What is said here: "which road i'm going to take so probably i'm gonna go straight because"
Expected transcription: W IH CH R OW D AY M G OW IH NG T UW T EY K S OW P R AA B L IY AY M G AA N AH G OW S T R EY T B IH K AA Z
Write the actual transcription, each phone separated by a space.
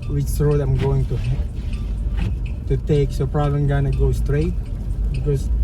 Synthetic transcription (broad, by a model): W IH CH R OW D AY M G OW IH NG T UW T EY K S OW P R AA B L IY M G AA N AH G OW S T R EY T B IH K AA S